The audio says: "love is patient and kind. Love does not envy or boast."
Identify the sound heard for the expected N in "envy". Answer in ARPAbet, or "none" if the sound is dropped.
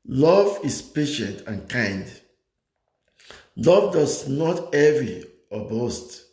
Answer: none